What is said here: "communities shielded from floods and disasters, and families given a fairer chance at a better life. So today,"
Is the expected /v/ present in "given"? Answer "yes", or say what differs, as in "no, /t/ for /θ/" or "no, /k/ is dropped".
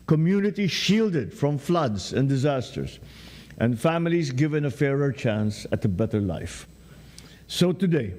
yes